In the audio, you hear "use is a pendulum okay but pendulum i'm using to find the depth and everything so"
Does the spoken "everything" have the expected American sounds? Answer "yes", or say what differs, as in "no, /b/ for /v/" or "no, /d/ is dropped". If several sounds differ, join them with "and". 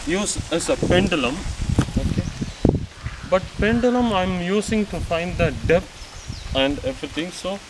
no, /t/ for /θ/